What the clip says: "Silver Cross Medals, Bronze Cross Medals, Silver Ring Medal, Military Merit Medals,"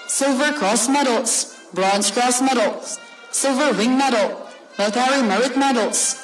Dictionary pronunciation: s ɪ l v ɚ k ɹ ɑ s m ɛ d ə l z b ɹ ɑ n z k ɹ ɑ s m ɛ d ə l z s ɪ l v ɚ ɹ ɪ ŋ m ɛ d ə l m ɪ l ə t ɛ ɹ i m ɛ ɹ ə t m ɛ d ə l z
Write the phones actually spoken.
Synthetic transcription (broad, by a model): s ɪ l v ɚ k ɹ ɑ s m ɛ d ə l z b ɹ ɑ n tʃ k ɹ ɑ s m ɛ d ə l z s ɪ l v ɚ w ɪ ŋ m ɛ d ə l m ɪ ə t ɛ ɹ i m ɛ ɹ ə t m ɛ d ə l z